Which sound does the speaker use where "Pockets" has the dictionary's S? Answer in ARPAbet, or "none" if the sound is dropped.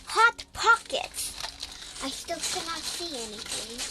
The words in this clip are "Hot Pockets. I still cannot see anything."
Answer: none